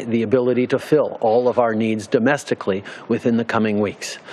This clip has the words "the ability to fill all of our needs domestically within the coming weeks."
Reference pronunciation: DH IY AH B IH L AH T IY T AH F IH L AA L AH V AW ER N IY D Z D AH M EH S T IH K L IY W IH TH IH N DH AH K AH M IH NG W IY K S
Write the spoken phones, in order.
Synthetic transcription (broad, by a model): DH IY AH B IH L AH T IY T AH F IH L AA L AH V AW ER N IY D Z D AH M EH S T IH K L IY W IH TH IH N DH AH K AH M IH NG W IY K S